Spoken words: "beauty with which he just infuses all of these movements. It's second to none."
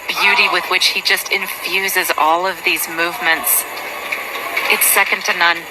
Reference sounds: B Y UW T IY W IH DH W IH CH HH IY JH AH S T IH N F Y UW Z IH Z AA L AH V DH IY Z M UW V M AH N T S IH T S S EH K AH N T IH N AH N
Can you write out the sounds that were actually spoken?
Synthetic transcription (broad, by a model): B Y UW T IY W IH DH W IH CH HH IY JH AH S T IH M F Y UW Z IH Z AA L AH V DH IY Z M UW V M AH N T S IH T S S EH K AH N T IH N AH N